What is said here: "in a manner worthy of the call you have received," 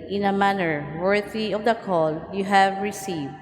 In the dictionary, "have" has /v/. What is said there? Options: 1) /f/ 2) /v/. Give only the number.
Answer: 2